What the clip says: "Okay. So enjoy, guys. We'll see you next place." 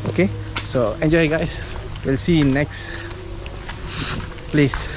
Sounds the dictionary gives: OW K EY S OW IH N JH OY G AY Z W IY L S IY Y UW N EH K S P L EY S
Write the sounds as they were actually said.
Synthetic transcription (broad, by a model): OW K EY S OW IH N JH OY G AY S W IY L S IY N EH K S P L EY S